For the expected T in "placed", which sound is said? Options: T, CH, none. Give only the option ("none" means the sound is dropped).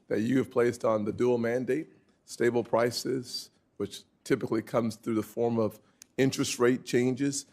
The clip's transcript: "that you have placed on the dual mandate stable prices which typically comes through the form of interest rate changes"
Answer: T